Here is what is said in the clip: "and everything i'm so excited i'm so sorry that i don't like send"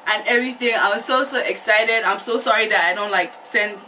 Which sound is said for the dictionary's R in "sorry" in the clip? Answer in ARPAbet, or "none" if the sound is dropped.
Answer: R